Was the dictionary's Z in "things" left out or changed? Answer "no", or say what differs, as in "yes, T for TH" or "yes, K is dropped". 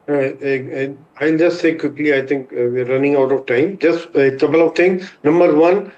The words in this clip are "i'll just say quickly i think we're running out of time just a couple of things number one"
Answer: yes, Z is dropped